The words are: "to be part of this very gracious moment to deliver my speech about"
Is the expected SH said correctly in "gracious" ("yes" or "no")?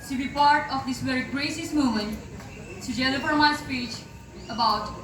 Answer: no